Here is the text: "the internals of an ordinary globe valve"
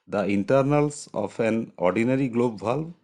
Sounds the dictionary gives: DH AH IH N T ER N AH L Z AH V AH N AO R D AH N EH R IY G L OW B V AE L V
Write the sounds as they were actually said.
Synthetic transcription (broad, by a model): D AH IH N T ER N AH L S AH P AH N AO R D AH N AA R IY G L OW B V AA L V